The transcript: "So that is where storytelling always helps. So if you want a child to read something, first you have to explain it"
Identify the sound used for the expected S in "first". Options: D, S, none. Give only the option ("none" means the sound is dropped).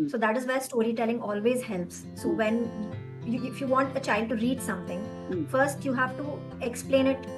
S